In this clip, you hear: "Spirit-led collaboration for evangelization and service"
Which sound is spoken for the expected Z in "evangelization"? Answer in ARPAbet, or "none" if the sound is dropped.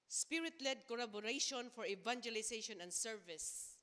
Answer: S